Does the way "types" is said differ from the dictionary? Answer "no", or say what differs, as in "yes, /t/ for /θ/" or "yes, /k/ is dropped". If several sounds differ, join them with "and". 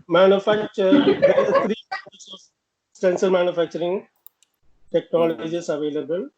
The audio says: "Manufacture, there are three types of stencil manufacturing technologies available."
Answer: yes, /p/ is dropped